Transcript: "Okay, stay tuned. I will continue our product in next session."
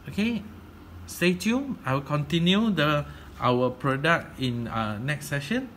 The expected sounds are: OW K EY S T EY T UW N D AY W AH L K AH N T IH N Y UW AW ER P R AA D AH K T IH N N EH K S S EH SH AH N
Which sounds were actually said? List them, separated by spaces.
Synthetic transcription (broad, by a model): OW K EY S T EY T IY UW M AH W K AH N T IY N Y UW AW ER P R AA D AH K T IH N N EH K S S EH SH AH N